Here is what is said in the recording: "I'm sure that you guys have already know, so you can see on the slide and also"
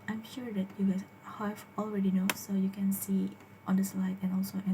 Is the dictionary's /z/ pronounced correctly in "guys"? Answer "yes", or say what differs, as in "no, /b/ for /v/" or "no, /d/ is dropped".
no, /z/ is dropped